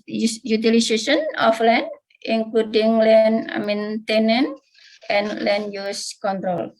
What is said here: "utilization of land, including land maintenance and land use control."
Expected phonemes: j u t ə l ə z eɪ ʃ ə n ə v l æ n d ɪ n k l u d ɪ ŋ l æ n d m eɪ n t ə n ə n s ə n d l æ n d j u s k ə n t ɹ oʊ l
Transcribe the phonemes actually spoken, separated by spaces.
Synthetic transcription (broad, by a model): j u t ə l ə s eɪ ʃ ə n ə f l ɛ n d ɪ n k l u d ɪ ŋ l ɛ n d m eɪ n t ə n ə n ə n l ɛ n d j u s k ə n t ɹ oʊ l